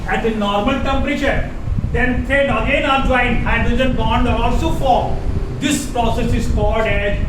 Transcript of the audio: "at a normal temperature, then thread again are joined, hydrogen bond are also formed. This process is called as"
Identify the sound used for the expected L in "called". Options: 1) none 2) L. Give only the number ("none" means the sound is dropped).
1